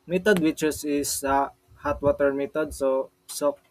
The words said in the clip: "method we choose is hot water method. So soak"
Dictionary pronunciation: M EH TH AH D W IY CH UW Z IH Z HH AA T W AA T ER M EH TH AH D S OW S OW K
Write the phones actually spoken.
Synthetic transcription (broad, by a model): M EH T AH D W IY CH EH S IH S HH AA T W AA T ER M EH T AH D S OW S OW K